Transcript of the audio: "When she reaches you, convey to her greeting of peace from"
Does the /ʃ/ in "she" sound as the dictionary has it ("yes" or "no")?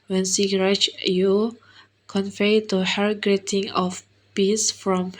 no